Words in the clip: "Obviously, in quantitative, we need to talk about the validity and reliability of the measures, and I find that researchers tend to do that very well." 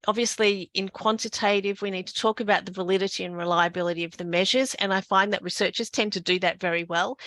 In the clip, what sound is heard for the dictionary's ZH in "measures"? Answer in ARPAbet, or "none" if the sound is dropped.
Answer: ZH